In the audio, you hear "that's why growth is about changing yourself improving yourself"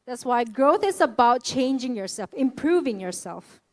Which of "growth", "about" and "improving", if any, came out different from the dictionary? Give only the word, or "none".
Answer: none